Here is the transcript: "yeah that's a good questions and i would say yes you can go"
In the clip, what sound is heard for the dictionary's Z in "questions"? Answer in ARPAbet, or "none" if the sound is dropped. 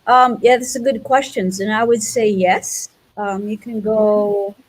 Z